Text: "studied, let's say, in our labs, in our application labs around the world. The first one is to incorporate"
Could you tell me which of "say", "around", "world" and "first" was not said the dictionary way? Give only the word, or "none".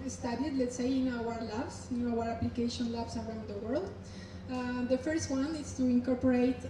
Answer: none